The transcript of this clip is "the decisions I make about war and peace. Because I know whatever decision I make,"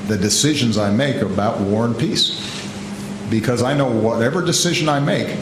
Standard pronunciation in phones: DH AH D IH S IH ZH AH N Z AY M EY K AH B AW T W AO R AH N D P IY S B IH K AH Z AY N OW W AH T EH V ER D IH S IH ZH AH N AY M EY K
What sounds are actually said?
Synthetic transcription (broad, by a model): DH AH D IH S IH ZH AH N Z AY M EY K AH B AW T W AO R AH N P IY S B IH K AH Z AY N OW W AH T EH V ER D IH S IH ZH AH N AY M EY K